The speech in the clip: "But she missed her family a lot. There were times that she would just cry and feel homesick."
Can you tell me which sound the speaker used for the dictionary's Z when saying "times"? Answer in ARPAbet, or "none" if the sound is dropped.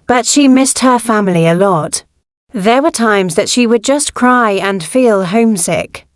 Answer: Z